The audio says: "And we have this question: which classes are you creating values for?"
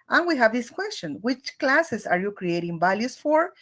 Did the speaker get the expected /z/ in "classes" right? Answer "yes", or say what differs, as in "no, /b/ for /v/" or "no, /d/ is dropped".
no, /s/ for /z/